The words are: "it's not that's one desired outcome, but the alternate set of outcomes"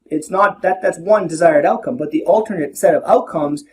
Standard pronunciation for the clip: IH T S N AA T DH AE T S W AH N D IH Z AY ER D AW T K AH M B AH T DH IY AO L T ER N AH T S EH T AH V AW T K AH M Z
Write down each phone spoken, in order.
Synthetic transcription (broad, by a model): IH T S N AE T DH AE T S W AH N D IH Z AY ER D AW T K AH M B AH T DH IY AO L T ER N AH T S EH T AH V AW T K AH M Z